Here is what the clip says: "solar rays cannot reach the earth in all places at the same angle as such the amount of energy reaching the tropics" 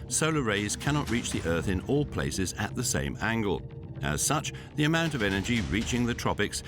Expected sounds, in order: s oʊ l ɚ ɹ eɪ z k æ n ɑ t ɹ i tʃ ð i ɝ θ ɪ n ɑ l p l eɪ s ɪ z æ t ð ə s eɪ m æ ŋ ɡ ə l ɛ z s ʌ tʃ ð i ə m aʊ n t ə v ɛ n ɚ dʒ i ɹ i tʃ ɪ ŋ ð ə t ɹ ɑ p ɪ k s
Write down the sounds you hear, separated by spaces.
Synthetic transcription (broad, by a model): s oʊ l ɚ ɹ eɪ z k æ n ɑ t ɹ i tʃ ð i ɝ θ ɪ n ɑ l p l eɪ s ɪ z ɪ t ð ə s eɪ m æ ŋ ɡ ə l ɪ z s ʌ tʃ ð i ə m aʊ n t ə v ɛ n ɚ dʒ i ɹ i tʃ ɪ ŋ ð ə t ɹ ɑ p ɪ k s